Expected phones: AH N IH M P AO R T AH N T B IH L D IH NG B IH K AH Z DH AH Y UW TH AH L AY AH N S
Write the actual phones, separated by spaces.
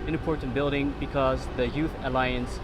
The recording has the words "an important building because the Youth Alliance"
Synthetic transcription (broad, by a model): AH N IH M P AO R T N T B IH L D IH NG B IH K AH Z DH AH Y UW TH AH L AY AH N S